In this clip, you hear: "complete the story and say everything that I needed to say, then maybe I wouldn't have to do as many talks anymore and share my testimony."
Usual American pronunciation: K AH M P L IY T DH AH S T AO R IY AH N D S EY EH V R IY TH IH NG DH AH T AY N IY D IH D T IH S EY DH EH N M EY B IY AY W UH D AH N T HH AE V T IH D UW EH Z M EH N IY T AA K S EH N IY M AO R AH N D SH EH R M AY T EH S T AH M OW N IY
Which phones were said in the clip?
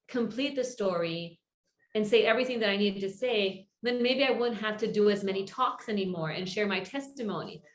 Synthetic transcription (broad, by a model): K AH M P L IY T DH AH S T AO R IY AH N S EY EH V R IY TH IH NG DH AH T AY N IY D D T IH S EY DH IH N M EY B IY AY W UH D N T HH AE F T IH D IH Z M EH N IY T AA K S EH N IY M AO R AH N SH EH R M AY T EH S T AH M OW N IY